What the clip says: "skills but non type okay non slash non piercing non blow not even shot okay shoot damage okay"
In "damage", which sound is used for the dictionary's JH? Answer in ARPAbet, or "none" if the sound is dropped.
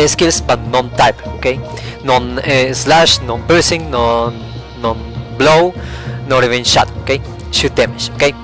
SH